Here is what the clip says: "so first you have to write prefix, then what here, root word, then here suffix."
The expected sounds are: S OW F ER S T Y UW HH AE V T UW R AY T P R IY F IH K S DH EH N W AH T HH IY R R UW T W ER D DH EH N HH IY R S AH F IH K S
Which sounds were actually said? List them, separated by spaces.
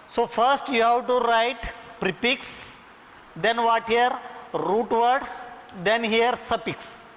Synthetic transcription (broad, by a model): S OW F ER S T Y UW HH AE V T UW R AY T P R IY P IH K S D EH N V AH T HH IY R R UW T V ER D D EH N HH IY R S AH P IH K S